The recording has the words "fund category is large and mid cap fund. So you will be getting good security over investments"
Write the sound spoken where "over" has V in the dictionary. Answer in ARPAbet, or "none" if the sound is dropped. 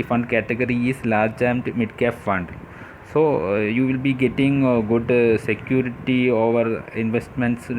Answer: V